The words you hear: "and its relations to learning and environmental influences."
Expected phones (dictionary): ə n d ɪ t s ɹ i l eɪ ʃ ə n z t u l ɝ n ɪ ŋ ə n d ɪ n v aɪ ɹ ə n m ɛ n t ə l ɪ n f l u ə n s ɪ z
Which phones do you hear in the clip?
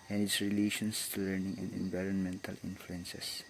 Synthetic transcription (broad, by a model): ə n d ɪ t s ɹ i l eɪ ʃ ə n s t u l ɝ n ɪ ŋ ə n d ɪ n v aɪ ɹ ə n m ɛ n t ə l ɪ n f l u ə n s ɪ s